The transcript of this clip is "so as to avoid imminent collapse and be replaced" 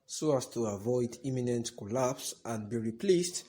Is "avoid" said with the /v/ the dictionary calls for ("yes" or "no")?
yes